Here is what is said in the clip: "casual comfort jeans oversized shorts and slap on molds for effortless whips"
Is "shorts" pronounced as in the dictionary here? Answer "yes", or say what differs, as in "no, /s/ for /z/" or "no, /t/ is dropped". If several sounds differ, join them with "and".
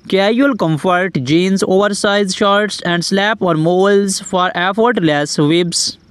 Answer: yes